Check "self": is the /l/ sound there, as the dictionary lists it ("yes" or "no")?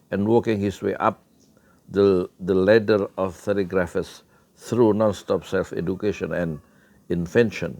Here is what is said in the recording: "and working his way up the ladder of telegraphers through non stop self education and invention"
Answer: yes